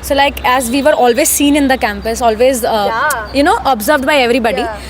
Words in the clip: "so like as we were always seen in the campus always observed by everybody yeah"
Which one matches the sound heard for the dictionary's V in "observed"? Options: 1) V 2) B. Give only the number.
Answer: 1